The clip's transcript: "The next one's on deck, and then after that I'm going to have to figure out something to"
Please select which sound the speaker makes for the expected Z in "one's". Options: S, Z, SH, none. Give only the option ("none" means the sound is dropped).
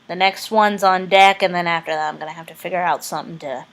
Z